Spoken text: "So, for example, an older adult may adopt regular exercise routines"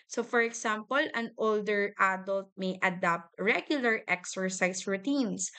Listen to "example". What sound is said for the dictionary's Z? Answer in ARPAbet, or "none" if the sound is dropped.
S